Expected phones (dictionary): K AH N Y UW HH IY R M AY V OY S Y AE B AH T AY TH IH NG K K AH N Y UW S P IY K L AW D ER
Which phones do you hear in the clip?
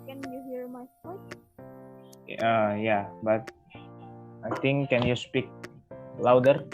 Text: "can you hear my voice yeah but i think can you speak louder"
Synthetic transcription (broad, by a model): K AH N Y UW HH IY R M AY P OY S Y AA B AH T AY T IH NG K K AH N Y UW S P IY K L AW D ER